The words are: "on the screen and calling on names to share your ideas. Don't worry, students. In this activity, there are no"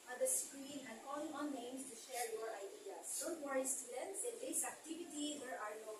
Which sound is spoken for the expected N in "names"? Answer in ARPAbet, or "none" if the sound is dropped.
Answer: L